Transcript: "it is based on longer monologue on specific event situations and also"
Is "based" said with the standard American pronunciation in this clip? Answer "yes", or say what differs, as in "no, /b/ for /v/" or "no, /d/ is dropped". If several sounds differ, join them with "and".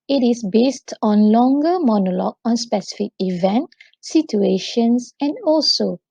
yes